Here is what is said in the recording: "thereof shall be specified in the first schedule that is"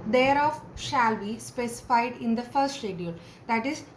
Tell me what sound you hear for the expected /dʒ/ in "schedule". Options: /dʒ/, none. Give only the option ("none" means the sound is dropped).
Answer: none